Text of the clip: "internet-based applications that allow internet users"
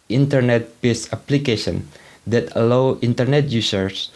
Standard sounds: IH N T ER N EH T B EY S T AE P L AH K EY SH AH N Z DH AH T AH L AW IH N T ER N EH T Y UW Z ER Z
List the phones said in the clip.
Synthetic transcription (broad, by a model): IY N T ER N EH T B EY S AA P L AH K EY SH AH N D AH T AH L AW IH N T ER N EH T Y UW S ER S